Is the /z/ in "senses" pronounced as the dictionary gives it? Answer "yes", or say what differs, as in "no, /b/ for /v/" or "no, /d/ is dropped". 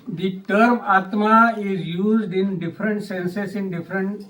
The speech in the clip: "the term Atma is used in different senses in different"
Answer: no, /s/ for /z/